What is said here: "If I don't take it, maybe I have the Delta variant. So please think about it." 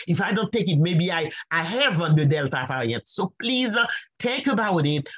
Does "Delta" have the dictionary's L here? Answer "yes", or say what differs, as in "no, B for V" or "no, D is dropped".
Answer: yes